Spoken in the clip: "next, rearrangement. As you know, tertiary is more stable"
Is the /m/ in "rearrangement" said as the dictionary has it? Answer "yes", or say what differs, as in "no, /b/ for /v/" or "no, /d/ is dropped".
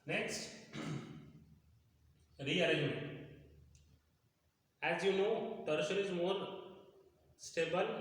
no, /m/ is dropped